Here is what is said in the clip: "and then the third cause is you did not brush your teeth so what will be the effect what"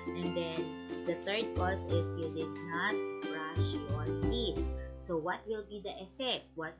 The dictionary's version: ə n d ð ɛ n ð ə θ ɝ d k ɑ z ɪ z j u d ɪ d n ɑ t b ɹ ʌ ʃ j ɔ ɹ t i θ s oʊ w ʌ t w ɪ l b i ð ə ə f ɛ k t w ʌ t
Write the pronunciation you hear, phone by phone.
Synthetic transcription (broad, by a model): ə n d ɛ n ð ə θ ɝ d k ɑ s ɪ s j u d ɪ d n ɑ t ɹ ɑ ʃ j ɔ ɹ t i t s oʊ w ʌ t w ɪ l b i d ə ə f ɛ k t w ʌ t